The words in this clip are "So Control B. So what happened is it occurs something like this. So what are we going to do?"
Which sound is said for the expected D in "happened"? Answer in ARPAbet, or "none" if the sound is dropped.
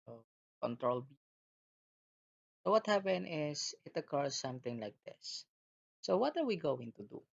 none